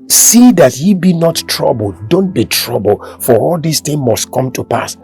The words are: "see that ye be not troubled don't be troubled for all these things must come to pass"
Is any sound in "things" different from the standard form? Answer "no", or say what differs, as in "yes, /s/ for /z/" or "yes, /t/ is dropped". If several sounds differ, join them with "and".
yes, /z/ is dropped